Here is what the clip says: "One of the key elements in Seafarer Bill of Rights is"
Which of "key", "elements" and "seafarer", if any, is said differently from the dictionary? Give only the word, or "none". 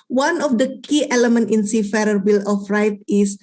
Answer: elements